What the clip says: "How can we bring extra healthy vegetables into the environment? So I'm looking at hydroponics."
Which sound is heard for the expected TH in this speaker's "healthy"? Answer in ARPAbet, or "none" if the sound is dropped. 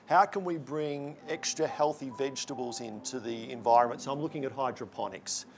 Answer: TH